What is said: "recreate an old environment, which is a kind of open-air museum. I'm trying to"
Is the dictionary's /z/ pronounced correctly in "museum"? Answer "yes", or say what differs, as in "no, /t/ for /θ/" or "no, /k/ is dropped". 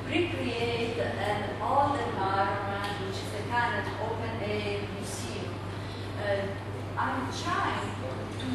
no, /s/ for /z/